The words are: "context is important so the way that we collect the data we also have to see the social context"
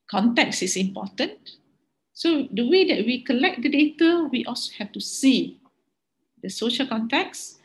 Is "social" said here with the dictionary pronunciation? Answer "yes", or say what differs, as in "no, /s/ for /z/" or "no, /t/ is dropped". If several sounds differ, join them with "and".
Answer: yes